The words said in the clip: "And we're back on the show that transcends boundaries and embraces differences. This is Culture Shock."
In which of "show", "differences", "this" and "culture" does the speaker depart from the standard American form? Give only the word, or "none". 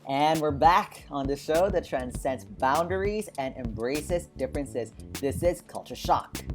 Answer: none